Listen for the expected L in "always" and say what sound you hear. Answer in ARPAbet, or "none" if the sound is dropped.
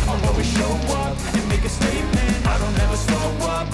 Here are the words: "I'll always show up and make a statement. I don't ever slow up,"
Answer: none